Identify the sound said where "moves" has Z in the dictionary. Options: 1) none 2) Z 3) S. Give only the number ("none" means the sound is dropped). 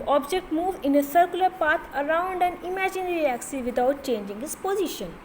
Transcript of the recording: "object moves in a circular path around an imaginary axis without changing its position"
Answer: 1